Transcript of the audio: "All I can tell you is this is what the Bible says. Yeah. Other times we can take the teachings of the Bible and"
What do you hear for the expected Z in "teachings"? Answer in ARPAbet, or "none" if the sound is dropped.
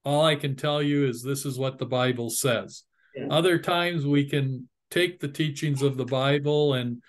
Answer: Z